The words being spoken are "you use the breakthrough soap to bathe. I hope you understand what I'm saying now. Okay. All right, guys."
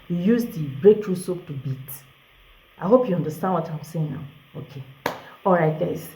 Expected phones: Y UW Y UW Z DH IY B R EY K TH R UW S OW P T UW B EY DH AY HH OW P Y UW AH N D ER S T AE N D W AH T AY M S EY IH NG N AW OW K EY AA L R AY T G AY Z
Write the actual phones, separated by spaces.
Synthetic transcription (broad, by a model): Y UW Y UW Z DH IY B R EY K T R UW S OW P T UW B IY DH AY HH OW P Y UW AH N D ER S T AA N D W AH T AY M S EY IH NG N AW OW K EY AA L R AY T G AY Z